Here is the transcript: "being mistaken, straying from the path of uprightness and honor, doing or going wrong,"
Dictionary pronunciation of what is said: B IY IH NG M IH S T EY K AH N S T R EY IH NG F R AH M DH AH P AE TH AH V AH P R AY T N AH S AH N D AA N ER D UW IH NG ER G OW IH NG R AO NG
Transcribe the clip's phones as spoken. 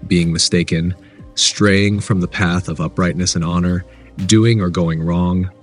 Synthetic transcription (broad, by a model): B IY IH NG M IH S T EY K AH N S T R EY IH NG F R AH M DH AH P AE TH AH V AH P R AY T N AH S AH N AA N ER D UW IH NG ER G OW IH NG R AO NG